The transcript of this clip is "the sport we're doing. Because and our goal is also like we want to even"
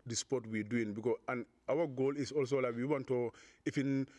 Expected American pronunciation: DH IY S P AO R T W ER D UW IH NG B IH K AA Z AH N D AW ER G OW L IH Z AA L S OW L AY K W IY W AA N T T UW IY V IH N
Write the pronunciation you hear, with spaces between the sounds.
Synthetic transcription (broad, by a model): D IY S P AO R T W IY D UW IH NG B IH K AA AH N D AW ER G OW L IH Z AA L S OW L AY K W IY W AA N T T UW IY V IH N